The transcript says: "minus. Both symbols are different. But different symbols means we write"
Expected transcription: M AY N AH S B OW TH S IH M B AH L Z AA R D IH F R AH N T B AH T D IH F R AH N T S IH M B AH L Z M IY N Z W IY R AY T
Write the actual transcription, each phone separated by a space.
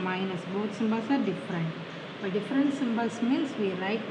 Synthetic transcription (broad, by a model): M AY N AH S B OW T S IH M B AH L S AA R D IH F R AH N T B AH T D IH F R AH N T S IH M B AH L S M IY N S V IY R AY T